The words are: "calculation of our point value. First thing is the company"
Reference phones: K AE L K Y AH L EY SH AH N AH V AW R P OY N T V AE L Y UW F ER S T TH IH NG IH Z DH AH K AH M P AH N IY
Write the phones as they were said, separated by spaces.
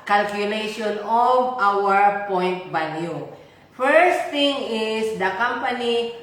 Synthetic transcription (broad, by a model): K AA L K Y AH L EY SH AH N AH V AW R P OY N T B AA N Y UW F ER S T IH NG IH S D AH K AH M P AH N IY